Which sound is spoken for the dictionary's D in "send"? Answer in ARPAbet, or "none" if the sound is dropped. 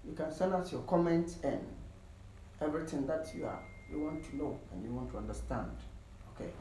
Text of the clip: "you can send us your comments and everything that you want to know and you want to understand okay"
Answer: none